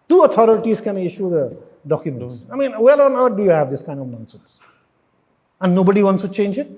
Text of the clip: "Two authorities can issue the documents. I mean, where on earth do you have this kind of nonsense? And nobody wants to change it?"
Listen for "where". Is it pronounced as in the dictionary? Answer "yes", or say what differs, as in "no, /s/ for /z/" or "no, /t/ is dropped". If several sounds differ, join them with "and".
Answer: no, /l/ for /ɹ/